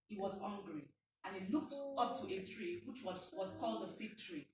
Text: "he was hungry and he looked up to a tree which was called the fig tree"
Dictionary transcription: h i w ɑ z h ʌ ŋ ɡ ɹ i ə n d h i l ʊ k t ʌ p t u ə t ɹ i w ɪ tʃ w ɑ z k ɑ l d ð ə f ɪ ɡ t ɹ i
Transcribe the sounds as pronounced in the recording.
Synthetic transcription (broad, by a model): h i w ɑ z h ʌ ŋ ɡ ɹ i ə n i l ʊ k t ʌ p t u ə t ɹ i w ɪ tʃ w ɑ z k ɑ l d ð ə f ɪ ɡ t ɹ i